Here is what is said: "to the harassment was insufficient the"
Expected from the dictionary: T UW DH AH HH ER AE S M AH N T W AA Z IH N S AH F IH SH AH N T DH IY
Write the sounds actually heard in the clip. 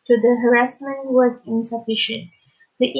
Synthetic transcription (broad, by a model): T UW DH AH HH ER AE S M AH N T W AA Z IH N S AH F IH SH AH N T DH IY